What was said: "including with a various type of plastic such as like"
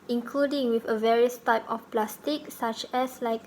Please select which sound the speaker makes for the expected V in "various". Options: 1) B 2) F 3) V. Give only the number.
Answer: 3